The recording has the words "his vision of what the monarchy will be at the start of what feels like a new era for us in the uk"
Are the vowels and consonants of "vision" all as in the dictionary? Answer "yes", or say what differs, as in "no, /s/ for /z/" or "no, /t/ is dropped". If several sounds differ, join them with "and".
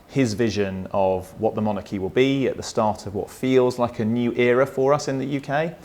yes